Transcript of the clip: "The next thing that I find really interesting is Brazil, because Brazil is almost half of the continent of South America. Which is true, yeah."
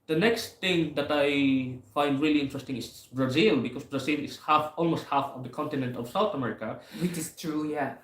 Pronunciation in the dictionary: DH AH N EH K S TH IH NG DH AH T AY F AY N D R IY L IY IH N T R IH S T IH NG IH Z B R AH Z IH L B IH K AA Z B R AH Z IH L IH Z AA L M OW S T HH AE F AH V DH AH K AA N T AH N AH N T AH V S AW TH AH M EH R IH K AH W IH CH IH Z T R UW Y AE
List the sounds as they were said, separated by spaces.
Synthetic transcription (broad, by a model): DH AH N EH K S T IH NG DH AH T AY F AY N D R IY L IY IH N T R IH S T IH NG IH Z B R AH Z IH L B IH K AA S B R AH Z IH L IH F AA L M OW S T HH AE F AH V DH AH K AA N T AH N AH N T AH V S AW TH AH M EH R IH K AH W IH CH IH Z T R UW Y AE